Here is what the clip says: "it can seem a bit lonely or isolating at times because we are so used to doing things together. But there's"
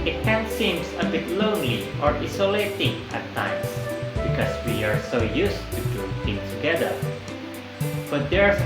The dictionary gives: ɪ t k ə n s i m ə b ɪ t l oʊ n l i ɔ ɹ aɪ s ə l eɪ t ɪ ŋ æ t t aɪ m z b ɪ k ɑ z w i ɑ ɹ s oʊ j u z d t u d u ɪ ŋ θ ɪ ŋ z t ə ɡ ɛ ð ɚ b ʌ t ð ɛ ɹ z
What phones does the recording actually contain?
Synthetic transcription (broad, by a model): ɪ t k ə n s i m ə b ɪ t l oʊ n l i ɔ ɹ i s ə l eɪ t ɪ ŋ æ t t aɪ m s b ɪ k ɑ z w i ɑ ɹ s oʊ j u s t u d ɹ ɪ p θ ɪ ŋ t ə ɡ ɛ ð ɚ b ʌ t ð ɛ ɹ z